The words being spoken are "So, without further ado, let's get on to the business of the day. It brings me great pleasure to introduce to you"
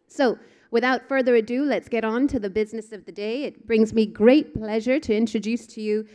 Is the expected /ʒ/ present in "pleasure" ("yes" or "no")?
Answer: yes